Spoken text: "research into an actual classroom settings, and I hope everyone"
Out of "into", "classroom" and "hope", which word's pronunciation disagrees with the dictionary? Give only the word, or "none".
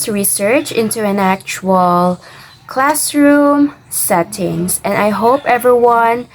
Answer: none